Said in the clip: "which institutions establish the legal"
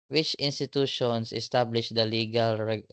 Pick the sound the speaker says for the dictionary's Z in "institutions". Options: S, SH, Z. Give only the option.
S